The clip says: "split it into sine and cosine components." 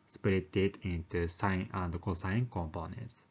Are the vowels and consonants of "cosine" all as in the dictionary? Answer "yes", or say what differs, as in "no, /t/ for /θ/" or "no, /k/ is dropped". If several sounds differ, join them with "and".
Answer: no, /n/ is dropped